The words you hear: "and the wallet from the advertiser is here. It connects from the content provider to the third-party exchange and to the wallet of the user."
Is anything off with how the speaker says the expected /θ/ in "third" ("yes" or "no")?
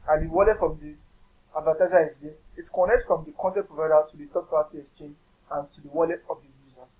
yes